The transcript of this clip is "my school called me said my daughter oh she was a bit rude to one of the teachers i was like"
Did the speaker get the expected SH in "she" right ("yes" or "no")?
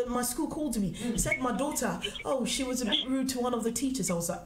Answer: yes